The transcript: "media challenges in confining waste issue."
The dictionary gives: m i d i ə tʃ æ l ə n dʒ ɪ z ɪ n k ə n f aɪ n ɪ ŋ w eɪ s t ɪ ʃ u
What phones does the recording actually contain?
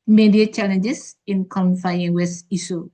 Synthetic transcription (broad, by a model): m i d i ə tʃ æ l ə n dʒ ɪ s ɪ n k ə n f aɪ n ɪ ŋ w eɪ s ɪ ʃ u